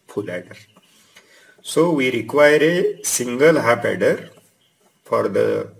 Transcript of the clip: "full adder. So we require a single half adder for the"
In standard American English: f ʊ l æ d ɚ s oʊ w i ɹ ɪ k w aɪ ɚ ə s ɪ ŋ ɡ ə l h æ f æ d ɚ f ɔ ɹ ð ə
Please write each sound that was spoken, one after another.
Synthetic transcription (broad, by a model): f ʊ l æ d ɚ s oʊ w i ɹ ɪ k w aɪ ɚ ə s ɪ ŋ ɡ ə l h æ p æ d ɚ f ɔ ɹ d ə